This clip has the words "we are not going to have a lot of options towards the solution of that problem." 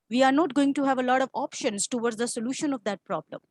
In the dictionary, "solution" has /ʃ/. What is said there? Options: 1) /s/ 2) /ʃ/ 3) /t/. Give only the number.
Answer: 2